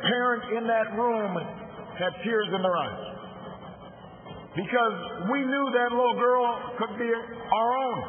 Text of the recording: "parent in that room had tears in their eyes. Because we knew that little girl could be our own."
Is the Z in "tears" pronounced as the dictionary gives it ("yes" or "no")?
yes